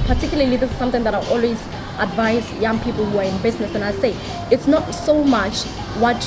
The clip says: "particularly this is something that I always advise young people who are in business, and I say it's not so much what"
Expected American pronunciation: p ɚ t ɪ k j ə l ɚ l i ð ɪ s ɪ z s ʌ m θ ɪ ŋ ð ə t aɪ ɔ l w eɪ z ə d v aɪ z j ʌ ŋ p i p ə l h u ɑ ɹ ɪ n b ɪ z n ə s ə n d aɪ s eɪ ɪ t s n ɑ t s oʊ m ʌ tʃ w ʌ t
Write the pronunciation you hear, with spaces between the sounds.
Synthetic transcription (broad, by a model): p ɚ t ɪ k j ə l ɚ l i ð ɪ s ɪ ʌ m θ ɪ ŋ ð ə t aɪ ɔ l w eɪ z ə d v aɪ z j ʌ ŋ p i p ə l h u ɑ ɹ ɪ n b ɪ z n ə s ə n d aɪ s eɪ ɪ t s n ɑ t s oʊ m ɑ tʃ w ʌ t